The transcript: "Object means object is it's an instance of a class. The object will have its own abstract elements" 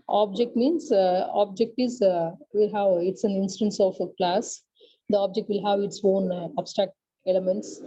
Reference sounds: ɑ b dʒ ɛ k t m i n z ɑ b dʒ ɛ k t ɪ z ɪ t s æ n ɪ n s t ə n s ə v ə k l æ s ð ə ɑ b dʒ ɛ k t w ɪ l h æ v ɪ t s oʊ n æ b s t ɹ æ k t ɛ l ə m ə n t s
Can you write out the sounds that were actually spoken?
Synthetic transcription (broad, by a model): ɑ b dʒ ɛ k t m i n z ɑ b dʒ ɛ k t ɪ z ɪ t s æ n ɪ n s t ə n s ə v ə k l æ s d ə ɑ b dʒ ɛ k t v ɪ l h æ v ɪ t s oʊ n æ b s t ɹ æ k t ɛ l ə m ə n t s